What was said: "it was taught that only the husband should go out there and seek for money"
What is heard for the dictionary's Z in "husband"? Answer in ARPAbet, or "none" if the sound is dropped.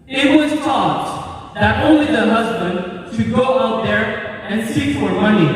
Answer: Z